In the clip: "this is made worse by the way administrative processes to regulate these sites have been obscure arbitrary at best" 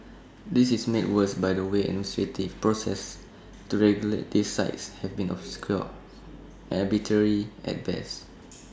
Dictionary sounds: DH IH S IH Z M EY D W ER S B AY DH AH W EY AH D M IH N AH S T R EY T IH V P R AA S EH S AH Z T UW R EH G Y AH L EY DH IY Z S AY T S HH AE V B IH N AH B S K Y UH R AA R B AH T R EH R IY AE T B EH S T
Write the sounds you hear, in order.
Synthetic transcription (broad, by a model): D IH S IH S M EY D W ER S B AY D AH W EY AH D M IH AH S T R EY T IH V P R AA S EH S T UW R EH G Y AH L EY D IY S AY T S HH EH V B IH N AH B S K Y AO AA B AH T EH R IY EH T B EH S